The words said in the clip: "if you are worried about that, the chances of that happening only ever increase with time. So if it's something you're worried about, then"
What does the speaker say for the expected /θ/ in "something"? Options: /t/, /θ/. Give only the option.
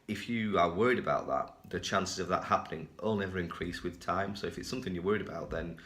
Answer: /θ/